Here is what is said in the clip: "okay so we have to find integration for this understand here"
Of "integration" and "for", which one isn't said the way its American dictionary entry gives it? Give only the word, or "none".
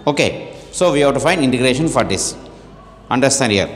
none